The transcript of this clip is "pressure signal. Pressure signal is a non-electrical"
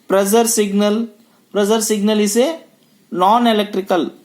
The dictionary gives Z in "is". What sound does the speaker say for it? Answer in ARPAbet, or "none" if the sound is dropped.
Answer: S